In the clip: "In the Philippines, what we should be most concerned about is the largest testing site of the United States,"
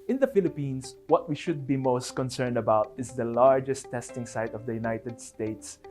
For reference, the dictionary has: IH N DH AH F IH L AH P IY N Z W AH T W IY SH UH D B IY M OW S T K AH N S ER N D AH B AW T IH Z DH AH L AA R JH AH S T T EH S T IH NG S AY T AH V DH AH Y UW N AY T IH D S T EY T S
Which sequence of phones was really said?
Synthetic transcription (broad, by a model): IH N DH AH F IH L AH P IY N S W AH T W IY SH UH D B IY M OW S T K AH N S ER N D AH B AW T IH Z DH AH L AA R JH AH S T T EH S T IH NG S AY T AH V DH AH Y UW N AY T IH D S T EY T S